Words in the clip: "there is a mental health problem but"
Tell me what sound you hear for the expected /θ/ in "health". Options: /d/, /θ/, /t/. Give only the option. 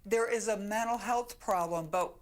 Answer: /θ/